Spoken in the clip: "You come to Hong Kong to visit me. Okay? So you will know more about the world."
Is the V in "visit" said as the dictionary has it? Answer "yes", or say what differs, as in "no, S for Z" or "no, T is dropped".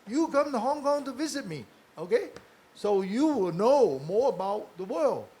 yes